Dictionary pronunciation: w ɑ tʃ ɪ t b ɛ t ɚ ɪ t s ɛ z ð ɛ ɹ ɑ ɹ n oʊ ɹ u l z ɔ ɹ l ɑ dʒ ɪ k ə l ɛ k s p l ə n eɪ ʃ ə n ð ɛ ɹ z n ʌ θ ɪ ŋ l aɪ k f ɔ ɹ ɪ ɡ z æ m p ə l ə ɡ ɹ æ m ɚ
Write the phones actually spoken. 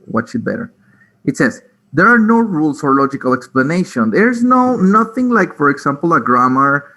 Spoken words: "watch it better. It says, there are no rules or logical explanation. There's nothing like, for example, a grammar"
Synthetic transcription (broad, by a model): w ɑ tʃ ɪ t b ɛ t ɚ ɪ t s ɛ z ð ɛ ɹ ɑ ɹ n oʊ ɹ u l s ɔ ɹ l ɑ dʒ ɪ k ə l ɛ k s p l ə n eɪ ʃ ə n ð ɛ ɹ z n ʌ θ ɪ ŋ l aɪ k f ɔ ɹ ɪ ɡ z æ m p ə l ə ɡ ɹ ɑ m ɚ